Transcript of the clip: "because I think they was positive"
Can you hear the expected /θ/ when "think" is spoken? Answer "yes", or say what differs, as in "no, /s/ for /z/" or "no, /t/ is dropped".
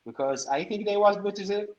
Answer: yes